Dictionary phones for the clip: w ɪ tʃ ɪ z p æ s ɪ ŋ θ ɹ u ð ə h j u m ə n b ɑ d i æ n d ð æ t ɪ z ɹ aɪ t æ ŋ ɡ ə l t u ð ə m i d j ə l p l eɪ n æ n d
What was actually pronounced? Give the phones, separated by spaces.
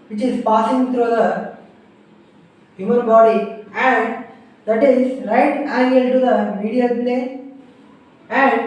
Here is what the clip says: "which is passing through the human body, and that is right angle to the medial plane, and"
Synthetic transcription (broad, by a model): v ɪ tʃ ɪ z p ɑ s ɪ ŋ t ɹ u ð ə h j u m ə n b ɑ d i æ n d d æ t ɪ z ɹ aɪ t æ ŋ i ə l t u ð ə m i d j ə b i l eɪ æ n d